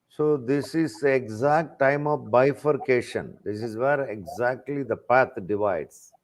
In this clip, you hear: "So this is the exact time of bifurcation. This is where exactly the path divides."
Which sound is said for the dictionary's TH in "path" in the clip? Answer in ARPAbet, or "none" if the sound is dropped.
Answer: T